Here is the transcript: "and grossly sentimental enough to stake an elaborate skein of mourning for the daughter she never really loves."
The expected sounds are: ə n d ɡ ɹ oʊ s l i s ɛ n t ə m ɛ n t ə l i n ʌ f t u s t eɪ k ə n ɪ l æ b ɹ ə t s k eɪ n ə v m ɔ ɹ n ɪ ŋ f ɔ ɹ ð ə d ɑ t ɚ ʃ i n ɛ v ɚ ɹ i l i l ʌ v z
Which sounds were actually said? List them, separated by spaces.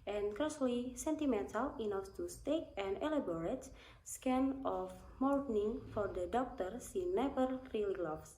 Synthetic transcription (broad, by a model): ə n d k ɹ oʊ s l i s ɛ n t ə m ɛ n t ə l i n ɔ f t u s t eɪ k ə n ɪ l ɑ b ɹ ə t s k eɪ n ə f m ɔ ɹ n ɪ ŋ f ɔ ɹ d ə d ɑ t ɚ s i n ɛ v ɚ ɹ i l i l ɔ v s